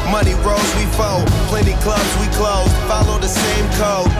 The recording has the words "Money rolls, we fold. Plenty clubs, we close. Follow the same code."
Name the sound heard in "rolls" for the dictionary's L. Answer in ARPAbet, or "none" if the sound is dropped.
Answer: none